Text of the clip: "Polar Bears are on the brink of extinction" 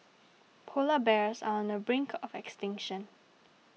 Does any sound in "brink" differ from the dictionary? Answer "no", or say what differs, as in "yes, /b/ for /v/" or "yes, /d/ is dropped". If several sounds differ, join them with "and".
no